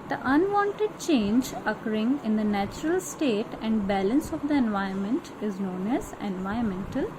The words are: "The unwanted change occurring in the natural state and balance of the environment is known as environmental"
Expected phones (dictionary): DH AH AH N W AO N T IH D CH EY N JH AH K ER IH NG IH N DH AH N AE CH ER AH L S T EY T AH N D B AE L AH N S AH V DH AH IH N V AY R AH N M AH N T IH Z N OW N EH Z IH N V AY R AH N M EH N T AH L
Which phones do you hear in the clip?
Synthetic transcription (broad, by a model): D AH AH N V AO N T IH D CH EY N JH AH K ER IH NG IH N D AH N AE CH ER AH L S T EY T AH N D B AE L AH N S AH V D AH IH N V AY AH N M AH N T IH Z N OW N EH Z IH N V AY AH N M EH N T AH L